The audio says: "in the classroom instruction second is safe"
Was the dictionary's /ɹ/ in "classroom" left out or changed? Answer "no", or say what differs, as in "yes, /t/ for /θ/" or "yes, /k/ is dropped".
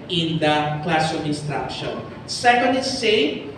yes, /ɹ/ is dropped